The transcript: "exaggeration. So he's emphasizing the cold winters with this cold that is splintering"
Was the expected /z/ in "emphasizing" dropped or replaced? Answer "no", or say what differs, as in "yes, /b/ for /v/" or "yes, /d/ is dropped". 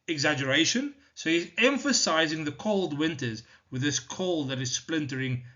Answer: no